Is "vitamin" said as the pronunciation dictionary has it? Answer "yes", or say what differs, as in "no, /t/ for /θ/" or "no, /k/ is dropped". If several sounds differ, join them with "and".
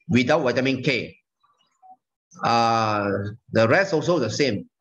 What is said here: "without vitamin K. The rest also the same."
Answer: no, /w/ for /v/